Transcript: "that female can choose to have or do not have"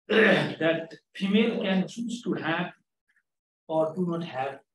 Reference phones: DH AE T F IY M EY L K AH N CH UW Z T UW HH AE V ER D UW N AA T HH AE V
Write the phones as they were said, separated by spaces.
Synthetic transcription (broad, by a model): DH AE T P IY M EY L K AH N S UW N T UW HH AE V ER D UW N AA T HH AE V